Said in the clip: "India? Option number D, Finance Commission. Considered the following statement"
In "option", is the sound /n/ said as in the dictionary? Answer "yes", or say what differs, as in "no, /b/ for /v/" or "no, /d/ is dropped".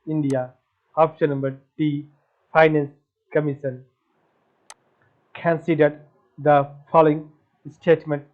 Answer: no, /l/ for /n/